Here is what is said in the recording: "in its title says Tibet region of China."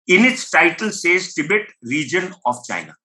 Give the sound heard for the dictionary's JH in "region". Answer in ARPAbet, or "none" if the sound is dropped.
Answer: JH